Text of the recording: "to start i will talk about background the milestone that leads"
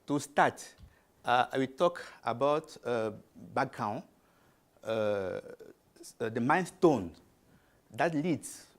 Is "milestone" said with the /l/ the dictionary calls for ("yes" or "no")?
no